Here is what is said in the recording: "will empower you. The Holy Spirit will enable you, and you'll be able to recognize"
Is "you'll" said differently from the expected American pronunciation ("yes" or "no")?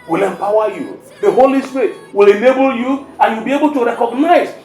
yes